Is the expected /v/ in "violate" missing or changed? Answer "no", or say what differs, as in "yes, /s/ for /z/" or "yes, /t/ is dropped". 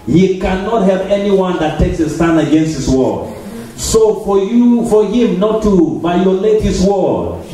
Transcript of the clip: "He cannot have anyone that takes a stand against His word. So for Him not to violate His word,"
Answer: yes, /b/ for /v/